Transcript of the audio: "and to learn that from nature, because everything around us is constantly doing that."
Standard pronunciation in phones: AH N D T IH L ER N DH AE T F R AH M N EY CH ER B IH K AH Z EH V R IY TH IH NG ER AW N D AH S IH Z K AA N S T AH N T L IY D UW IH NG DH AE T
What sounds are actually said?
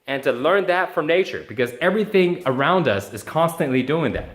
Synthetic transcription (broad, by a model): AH N T IH L ER N DH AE T F R AH M N EY CH ER B IH K AH Z EH V R IY TH IH NG ER AW N D AH S IH Z K AA N S T AH N T L IY D UW IH NG DH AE T